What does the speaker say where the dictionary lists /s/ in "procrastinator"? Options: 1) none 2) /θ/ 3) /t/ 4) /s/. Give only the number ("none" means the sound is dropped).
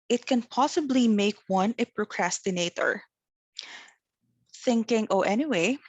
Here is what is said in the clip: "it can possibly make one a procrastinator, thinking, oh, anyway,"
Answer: 4